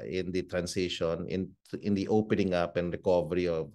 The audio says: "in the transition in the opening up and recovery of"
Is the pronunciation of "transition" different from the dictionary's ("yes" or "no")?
yes